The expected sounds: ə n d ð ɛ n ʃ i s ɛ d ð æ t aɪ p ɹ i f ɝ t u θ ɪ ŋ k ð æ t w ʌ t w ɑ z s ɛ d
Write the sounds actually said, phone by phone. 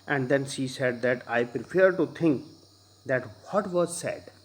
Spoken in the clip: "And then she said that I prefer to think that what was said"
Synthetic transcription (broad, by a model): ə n d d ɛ n ʃ i s ɛ d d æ t aɪ p ɹ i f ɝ t u t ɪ ŋ k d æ t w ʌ t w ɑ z s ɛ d